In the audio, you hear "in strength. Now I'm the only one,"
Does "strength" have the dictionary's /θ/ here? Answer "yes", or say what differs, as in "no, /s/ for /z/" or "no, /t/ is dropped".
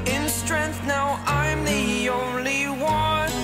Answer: yes